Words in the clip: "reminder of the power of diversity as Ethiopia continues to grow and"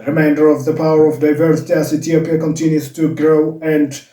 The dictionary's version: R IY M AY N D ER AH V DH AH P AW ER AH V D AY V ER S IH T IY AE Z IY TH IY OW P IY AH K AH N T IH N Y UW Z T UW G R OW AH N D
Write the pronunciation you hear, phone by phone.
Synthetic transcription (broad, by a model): R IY M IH N D ER AH V DH AH P AW ER AH V D AY V ER S IH T IY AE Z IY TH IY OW P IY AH K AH N T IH N Y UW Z T UW G R OW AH N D